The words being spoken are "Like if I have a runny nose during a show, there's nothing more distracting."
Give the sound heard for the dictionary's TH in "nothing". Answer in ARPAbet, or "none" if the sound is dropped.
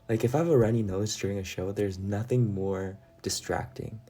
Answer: TH